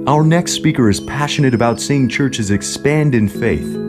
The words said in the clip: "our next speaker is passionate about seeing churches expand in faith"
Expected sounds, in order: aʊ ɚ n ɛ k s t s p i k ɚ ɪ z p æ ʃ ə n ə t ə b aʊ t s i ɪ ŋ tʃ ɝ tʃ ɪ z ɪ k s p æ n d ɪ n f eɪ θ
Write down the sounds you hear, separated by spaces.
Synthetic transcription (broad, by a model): aʊ ɚ n ɛ k s t s p i k ɚ ɪ z p æ ʃ ə n ə t ə b aʊ t s i ɪ ŋ tʃ ɝ tʃ ɪ z ɪ k s p æ n d ɪ n f eɪ θ